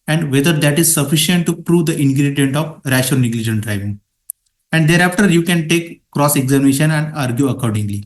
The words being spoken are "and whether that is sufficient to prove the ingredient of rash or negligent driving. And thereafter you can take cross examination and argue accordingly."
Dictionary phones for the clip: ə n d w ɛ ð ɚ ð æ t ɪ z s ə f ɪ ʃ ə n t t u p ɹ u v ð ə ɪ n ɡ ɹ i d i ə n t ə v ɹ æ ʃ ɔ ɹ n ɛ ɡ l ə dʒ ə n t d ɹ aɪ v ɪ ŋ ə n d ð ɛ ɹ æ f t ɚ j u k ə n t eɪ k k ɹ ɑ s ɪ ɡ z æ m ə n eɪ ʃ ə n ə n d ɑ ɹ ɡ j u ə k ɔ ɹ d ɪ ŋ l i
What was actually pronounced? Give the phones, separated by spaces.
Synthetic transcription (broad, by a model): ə n d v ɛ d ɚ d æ t ɪ z s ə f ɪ ʃ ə n t t u p ɹ u v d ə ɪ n ɡ ɹ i d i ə n t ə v ɹ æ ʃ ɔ l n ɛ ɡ l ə dʒ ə n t d ɹ aɪ v ɪ ŋ ə n d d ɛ ɹ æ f t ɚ j u k ə n t eɪ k k ɹ ɑ s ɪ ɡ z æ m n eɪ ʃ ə n ə n d ɑ ɹ ɡ j u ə k ɔ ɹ d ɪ ŋ l i